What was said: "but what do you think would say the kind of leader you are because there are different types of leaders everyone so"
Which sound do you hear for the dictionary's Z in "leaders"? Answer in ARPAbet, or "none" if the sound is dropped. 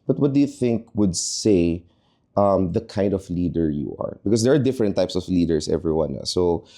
S